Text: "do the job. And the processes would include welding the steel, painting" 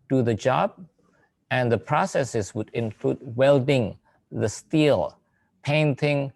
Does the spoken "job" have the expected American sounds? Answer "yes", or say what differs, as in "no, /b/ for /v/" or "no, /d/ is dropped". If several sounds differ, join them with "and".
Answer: yes